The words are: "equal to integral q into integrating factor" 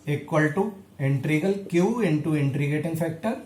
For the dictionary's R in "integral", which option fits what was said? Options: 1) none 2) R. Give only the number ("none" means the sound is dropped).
1